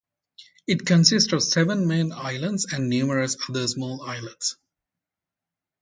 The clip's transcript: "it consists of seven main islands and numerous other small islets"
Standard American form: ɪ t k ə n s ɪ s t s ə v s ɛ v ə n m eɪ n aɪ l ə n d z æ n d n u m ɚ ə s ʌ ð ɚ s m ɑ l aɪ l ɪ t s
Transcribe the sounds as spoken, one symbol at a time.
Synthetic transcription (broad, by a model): ɪ t k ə n s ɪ s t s ə v s ɛ v ə n m eɪ n aɪ l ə n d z æ n d n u m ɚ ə s ʌ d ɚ s m ɑ l aɪ l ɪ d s